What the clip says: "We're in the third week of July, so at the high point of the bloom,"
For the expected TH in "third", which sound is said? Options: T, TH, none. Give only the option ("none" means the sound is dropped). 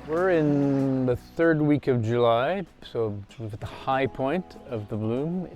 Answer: TH